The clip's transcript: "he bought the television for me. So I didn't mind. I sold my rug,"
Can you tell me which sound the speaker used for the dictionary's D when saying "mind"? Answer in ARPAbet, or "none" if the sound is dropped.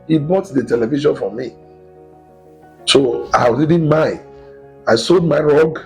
none